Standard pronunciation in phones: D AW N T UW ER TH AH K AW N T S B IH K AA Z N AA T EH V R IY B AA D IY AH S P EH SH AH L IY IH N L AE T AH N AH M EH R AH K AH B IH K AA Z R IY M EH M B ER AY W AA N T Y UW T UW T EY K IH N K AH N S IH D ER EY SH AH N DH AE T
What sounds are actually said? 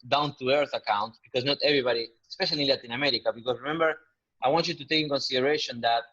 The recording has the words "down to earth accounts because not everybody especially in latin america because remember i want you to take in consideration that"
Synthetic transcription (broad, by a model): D AW N T UW ER TH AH K AW N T B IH K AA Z N AA T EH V R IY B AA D IY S P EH SH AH L IY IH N L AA T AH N AH M EH R AH K AH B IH K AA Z R IY M EH M B ER AY W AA N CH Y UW T UW T EY K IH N K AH N S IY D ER EY SH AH N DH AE T